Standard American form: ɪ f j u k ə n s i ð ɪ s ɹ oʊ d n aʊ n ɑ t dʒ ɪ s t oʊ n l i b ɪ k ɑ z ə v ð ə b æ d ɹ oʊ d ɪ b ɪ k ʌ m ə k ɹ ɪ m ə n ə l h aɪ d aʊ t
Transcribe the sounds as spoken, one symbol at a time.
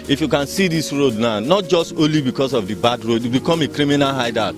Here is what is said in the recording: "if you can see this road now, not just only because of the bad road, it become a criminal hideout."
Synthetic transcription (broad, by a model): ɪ f j u k ə n s i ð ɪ s ɹ oʊ d n aʊ n ɑ t dʒ ɪ s t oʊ l i b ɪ k ɑ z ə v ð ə b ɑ d ɹ oʊ d b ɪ k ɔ m ə k ɹ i m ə n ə l h aɪ d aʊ